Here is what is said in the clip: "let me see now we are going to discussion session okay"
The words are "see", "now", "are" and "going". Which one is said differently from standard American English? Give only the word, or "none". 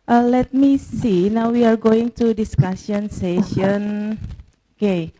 none